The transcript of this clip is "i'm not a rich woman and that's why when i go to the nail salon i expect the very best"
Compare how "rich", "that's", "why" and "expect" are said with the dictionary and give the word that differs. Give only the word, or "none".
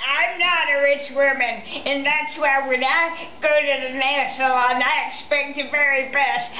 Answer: none